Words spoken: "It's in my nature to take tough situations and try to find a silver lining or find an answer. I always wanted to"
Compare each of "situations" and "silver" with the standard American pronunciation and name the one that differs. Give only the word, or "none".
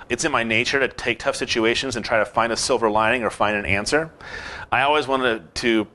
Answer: none